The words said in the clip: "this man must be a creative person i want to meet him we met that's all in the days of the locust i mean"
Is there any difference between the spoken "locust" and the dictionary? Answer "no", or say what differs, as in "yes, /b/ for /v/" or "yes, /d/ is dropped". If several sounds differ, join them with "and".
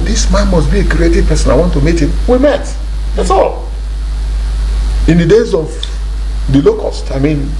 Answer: no